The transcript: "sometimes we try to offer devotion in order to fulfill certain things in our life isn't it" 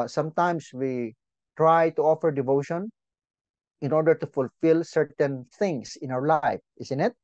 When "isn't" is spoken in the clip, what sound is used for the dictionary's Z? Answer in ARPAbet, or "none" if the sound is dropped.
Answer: S